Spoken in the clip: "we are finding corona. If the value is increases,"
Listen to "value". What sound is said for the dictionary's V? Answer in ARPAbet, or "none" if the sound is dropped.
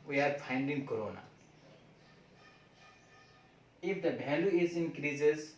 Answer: B